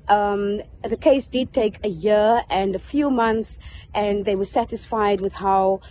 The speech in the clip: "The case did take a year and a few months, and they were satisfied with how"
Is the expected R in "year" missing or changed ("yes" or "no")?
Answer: no